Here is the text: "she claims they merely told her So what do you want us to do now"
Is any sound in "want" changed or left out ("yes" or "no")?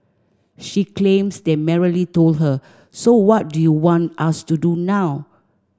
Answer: no